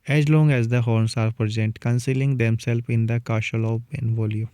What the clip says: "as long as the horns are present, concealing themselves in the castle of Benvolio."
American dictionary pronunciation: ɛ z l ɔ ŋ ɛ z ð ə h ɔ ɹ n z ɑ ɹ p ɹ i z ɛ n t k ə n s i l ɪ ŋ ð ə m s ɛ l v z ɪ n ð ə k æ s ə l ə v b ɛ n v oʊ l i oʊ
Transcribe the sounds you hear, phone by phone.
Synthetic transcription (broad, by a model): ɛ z l ɔ ŋ ɛ z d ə h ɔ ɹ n s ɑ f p ɹ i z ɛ n t k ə n s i l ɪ ŋ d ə m s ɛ l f ɪ n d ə k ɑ ʃ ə l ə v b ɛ n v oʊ l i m